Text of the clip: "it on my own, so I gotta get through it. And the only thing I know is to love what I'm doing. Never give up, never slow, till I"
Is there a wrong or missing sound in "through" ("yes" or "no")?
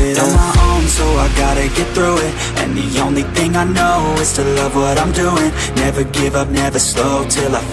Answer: no